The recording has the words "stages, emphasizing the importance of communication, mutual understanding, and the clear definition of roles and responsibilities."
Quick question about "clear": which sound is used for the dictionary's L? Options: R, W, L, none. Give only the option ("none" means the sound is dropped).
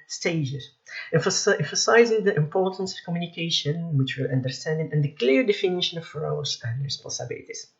L